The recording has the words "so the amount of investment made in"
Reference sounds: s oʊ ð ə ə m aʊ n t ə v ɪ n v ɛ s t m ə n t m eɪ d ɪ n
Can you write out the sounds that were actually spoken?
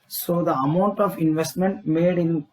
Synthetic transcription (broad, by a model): s oʊ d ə ə m aʊ n t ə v ɪ n v ɛ s t m ə n t m eɪ d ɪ n